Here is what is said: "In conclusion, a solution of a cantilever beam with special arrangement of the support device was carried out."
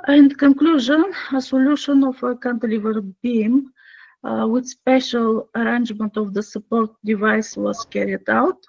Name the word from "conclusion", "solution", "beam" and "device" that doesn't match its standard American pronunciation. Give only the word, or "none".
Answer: none